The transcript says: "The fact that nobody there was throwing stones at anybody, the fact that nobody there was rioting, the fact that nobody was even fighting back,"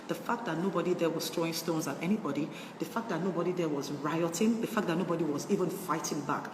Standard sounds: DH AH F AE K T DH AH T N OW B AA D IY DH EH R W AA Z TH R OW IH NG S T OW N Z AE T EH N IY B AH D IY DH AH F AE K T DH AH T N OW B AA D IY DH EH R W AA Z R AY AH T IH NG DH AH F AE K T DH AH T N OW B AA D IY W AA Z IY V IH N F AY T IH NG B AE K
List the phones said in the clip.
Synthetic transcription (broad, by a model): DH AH F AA K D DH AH T N OW B AA D IY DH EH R W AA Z T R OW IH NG S T OW N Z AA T EH N IY B AH D IY DH AH F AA K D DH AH T N OW B AA D IY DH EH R W AA Z R AY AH T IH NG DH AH F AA K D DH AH T N OW B AA D IY W AA Z IY V IH N F AY T IH NG B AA K